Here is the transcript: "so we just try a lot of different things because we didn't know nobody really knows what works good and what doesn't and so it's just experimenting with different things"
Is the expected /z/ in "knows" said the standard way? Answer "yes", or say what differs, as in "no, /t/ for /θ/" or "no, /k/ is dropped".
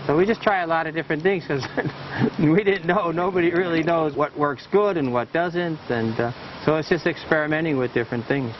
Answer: yes